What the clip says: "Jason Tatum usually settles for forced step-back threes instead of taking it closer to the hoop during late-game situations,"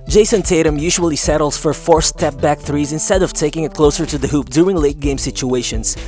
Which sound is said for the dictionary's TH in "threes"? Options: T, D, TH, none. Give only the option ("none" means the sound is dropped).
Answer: TH